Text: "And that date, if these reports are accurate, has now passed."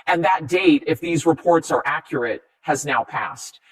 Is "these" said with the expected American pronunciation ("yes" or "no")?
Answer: yes